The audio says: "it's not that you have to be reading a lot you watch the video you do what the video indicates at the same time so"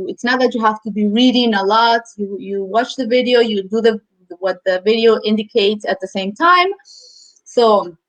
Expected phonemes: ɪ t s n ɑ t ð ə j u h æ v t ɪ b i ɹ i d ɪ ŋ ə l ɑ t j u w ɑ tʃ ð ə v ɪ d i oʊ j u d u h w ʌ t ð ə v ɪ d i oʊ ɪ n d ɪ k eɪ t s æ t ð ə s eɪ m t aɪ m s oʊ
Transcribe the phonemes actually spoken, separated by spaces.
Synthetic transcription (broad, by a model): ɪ t s n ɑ t ð ə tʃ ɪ h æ f t ɪ b i ɹ i d ɪ ŋ ə l ɑ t j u w ɑ tʃ ð ə v ɪ d i oʊ j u d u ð w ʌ t ð ə v ɪ d i oʊ ɪ n d ɪ k eɪ t s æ t ð ə s eɪ m t aɪ m s oʊ